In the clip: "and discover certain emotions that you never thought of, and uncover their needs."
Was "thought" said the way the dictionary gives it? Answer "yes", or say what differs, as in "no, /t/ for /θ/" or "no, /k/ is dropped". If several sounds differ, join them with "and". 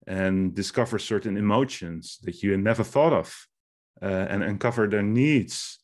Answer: yes